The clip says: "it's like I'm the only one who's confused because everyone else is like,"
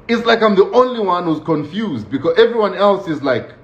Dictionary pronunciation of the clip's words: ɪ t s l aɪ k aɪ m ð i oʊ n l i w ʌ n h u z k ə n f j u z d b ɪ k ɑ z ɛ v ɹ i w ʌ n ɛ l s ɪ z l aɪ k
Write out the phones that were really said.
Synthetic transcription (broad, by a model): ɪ t s l aɪ k aɪ m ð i oʊ n l i w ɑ n h u z k ə n f j u z d b ɪ k ɑ z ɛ v ɹ i w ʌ n ɛ l s ɪ z l aɪ k